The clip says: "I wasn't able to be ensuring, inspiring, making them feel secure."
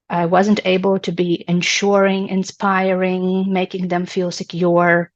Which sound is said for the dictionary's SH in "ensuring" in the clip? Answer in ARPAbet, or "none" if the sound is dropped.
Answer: SH